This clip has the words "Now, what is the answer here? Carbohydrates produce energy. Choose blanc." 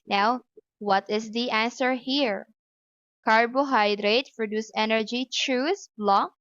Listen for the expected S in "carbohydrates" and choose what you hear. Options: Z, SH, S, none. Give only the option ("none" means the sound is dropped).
none